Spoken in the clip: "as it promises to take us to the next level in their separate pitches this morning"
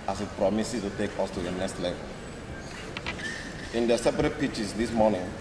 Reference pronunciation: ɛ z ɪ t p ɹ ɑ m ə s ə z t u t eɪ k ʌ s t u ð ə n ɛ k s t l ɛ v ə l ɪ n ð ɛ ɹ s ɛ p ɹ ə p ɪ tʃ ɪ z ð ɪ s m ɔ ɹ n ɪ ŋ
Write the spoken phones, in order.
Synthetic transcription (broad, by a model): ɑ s ɪ t p ɹ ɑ m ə s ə t u t eɪ k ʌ s t u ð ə n ɛ k s t l ɛ v ə l ɪ n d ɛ s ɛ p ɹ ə p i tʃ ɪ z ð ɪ s m ɔ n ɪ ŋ